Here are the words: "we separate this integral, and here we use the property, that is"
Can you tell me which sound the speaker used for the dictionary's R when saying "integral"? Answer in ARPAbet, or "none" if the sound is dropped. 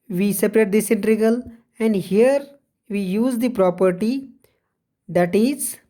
none